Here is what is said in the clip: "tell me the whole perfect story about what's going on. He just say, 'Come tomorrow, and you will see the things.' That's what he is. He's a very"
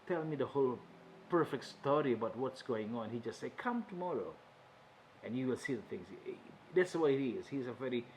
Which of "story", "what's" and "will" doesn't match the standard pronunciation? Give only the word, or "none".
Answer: none